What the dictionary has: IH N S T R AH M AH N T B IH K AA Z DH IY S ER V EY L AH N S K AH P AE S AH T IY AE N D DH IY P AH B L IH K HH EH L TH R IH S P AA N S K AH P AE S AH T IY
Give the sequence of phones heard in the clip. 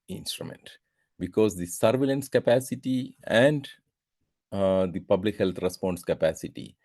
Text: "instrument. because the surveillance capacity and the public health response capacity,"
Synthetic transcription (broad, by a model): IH N S T R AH M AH N T B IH K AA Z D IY S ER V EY L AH N S K AH P AE S AH T IY AE N D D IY P AH B L IH K HH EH L T R IH S P AA N S K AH P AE S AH T IY